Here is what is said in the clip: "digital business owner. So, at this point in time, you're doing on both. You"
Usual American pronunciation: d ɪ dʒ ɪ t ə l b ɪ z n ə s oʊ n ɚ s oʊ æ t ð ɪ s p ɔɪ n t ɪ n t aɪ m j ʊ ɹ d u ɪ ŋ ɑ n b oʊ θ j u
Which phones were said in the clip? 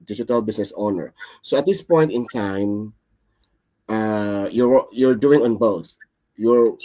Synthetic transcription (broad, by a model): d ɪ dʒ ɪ t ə l b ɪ s n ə s oʊ n ɚ s oʊ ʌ t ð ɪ s p ɔɪ n t ɪ n t aɪ m j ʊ ɹ d u ɪ ŋ ɑ n b oʊ θ j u